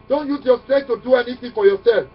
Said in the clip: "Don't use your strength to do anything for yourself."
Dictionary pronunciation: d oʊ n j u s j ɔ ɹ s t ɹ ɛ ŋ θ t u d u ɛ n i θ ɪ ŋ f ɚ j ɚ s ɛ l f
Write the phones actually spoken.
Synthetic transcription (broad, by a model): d oʊ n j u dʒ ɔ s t ɛ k t u d u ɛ n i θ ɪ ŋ f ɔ j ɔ s ɛ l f